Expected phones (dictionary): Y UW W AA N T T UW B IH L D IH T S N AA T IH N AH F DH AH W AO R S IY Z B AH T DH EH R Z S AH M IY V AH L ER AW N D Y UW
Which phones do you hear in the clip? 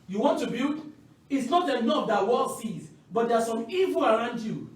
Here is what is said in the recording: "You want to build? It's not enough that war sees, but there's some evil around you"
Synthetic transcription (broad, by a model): Y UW W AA N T T UW B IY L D IH T S N AA T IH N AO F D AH W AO L S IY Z B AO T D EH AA S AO M IY V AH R AW N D Y UW